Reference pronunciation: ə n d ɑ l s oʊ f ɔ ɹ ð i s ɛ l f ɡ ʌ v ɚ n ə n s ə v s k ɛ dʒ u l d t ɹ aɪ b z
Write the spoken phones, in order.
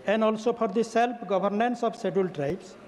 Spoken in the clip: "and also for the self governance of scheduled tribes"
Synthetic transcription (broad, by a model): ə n d ɑ l s oʊ p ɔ ɹ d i s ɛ l p ɡ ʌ b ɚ n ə n s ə b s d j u l t ɹ aɪ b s